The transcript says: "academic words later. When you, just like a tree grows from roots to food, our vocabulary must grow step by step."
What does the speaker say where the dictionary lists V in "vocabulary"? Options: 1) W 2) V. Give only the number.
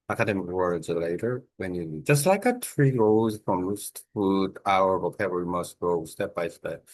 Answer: 1